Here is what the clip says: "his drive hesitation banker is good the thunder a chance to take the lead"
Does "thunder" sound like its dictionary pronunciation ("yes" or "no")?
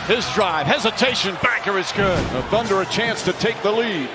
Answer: yes